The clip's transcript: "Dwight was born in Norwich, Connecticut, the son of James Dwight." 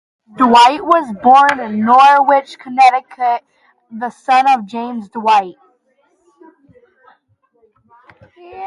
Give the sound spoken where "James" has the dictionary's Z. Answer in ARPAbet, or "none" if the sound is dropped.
Z